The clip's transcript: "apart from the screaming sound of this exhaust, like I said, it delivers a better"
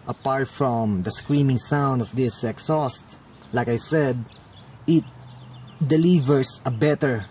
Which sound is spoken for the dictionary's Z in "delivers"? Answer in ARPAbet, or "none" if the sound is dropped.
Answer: S